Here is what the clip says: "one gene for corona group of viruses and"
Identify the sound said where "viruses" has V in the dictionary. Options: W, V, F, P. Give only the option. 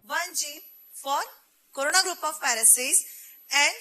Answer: F